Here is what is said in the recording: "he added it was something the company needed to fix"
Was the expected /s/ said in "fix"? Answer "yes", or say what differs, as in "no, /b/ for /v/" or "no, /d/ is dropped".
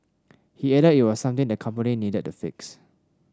yes